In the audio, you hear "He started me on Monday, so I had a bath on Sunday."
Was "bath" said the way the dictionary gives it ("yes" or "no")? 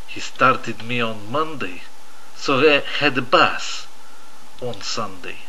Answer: no